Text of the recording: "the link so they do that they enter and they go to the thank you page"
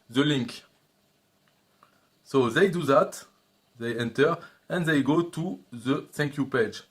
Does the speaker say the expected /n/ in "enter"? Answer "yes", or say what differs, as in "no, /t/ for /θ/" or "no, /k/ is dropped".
yes